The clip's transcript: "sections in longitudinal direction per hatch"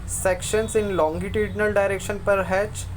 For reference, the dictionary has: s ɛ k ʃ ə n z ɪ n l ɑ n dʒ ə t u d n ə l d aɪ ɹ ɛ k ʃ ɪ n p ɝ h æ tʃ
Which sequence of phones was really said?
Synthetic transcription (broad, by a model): s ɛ k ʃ ə n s ɪ n l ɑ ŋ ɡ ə t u d n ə l d aɪ ɹ ɛ k ʃ ɪ n p ɝ h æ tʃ